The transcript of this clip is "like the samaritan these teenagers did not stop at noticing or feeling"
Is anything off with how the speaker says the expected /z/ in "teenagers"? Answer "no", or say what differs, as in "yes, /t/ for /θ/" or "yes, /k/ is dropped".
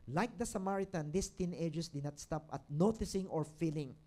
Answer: yes, /s/ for /z/